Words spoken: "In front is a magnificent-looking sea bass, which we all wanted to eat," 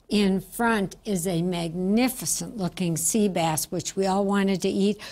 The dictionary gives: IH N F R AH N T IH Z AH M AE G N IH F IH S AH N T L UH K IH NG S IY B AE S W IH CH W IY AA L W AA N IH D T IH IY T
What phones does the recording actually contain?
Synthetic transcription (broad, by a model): IH N F R AH N T IH Z AH M AE G N IH F IH S AH N T L UH K IH NG S IY B AE S W IH CH W IY AA L W AA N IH D T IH IY T